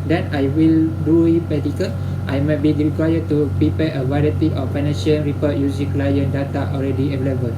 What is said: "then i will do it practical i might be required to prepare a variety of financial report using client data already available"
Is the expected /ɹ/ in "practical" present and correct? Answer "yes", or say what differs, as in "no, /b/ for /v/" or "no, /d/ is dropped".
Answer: no, /ɹ/ is dropped